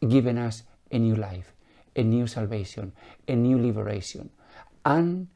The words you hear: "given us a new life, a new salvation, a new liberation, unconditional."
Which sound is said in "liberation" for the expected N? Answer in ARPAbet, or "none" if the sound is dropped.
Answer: none